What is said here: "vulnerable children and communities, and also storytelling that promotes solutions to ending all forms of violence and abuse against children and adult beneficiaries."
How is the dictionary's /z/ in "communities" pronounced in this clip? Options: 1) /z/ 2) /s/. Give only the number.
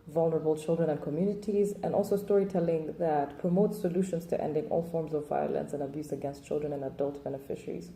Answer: 1